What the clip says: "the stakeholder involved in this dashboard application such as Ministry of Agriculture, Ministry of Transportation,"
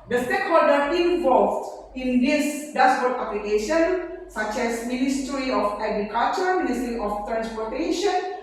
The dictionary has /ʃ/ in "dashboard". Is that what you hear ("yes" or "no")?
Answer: no